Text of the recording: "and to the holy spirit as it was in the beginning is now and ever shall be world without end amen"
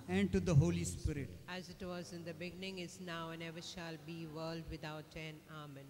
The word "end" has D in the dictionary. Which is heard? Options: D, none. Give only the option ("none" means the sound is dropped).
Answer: none